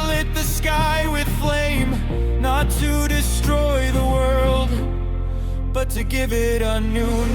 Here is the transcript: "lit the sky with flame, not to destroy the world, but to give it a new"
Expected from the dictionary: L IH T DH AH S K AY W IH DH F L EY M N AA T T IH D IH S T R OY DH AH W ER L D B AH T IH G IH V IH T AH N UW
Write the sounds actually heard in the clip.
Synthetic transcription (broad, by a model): L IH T DH AH S K AY W IH DH F L EY M N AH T T IH D IH S T R OY DH AH W ER L D B AH T IH G IH V IH T AH N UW